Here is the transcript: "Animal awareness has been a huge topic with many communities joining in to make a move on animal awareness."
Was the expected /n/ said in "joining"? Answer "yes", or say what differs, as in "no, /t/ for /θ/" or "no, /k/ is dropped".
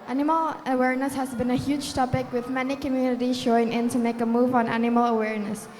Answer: no, /n/ is dropped